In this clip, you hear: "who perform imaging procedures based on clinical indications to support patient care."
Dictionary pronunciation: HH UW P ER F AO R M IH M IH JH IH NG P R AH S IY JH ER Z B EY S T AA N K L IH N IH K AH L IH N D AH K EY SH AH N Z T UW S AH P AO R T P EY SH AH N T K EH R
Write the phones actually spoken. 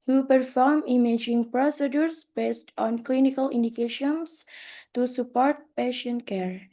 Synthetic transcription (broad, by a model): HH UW P ER F AO R M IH M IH JH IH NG P R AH S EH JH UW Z B EY S T AA N K L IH N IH K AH L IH N D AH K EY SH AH N S T UW S AH P AO R T P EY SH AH N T K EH R